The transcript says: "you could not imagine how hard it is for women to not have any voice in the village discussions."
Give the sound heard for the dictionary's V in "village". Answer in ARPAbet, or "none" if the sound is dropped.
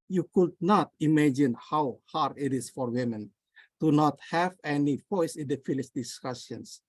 F